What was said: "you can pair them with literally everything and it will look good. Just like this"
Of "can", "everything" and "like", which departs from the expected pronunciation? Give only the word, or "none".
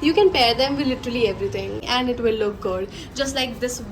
everything